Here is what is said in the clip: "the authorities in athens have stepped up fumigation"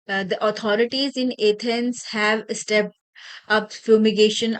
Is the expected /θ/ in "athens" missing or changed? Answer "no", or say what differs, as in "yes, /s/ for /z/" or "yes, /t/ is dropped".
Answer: yes, /t/ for /θ/